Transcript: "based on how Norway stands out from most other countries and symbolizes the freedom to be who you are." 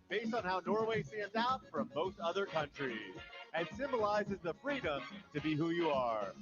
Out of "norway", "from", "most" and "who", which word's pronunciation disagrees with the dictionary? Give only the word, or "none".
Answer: most